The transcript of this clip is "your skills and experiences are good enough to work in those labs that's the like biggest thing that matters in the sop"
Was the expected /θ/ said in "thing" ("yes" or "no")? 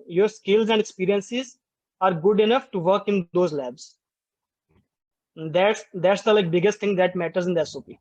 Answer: no